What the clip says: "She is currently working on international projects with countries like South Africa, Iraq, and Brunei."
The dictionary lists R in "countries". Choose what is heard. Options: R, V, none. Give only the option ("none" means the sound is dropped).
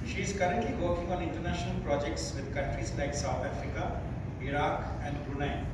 R